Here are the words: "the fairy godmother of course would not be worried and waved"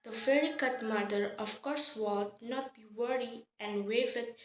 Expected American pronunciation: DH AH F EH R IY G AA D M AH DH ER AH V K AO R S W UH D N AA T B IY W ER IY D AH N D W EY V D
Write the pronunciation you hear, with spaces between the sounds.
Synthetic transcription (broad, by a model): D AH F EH R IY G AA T M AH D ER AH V K AO R S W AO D N AA T B IY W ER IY AH N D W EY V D